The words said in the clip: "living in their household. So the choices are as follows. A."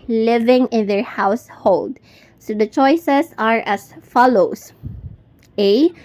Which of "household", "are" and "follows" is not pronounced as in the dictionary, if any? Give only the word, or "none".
follows